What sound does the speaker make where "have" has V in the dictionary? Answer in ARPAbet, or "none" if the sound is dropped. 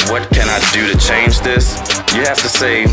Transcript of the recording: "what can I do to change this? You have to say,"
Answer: F